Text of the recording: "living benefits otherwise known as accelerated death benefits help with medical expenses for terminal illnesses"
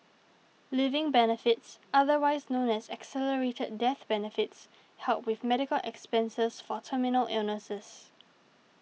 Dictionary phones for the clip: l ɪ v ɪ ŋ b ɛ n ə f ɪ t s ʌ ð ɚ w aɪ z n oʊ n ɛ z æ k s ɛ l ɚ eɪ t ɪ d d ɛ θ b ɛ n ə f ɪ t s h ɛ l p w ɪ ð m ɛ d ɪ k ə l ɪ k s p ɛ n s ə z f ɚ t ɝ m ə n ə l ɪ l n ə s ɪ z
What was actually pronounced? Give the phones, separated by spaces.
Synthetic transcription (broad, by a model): l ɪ v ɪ ŋ b ɛ n ə f ɪ t s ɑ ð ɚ w aɪ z n oʊ n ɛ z æ k s ɛ l ɚ eɪ t ɪ d d ɛ θ b ɛ n ə f ɪ t s h ɛ l p w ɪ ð m ɛ d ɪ k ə l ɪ k s p ɛ n s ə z f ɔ t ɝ m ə n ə l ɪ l n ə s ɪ s